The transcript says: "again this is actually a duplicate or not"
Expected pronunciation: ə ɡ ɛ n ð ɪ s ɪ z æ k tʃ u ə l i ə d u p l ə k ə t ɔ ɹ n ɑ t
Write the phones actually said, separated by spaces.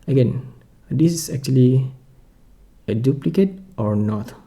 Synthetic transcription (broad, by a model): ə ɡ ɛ n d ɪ s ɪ s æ k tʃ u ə l i ə d u p l ə k ə t ɔ ɹ n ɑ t